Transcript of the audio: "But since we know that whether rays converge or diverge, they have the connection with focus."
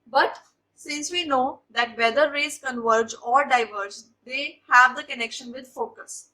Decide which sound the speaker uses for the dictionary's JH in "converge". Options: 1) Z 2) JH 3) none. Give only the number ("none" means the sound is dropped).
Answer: 2